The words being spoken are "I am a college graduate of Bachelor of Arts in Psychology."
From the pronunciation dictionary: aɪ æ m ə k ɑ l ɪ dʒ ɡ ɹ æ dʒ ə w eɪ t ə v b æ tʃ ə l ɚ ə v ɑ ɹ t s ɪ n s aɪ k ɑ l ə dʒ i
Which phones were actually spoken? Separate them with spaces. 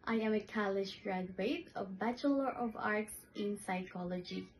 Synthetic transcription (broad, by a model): aɪ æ m ə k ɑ l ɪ ʃ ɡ ɹ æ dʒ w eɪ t ə v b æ tʃ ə l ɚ ə v ɑ ɹ t s ɪ n s aɪ k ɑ l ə dʒ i